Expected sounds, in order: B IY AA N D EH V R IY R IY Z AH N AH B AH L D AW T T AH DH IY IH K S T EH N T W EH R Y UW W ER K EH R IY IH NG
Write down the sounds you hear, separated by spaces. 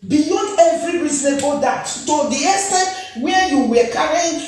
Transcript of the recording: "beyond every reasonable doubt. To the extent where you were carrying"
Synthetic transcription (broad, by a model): B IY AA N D EH V R IY R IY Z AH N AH B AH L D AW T T AH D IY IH S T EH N W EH Y UW W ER K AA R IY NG